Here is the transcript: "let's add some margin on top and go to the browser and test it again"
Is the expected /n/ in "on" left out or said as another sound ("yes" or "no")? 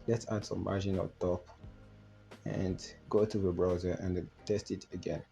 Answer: yes